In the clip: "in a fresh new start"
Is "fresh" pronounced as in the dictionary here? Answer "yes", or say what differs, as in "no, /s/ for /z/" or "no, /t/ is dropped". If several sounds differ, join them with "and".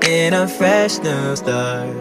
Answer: yes